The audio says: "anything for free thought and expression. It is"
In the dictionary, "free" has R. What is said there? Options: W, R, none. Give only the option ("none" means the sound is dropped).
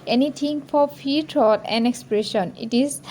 none